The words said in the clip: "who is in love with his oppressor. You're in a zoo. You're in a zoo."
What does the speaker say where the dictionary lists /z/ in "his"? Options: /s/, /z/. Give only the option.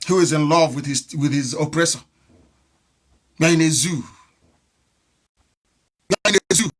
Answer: /z/